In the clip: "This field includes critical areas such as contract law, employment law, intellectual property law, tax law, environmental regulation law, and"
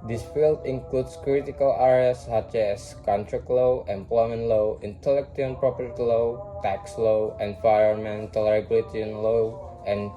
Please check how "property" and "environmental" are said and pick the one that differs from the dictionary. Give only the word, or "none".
environmental